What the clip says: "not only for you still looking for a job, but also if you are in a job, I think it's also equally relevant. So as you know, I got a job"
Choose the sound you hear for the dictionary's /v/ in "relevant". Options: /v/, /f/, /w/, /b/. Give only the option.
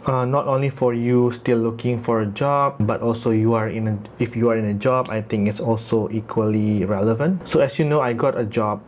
/v/